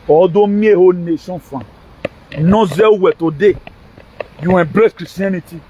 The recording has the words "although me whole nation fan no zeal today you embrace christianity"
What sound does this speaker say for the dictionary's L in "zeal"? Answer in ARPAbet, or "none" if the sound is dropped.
W